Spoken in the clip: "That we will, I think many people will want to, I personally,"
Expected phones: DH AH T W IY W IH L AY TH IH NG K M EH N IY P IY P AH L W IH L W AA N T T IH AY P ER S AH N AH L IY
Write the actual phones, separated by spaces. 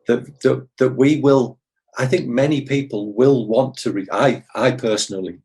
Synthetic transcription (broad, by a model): DH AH T W IY W IH L AY TH IH NG K M EH N IY P IY P AH L W IH L W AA N T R IH AY P ER S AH N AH L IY